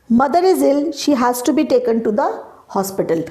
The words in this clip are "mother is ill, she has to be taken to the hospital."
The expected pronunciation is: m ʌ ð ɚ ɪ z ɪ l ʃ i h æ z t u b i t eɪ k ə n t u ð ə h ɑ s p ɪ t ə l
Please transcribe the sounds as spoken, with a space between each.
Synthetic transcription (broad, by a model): m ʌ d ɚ ɪ z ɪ l ʃ i h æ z t u b i t eɪ k ə n t u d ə h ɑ s p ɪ t ə l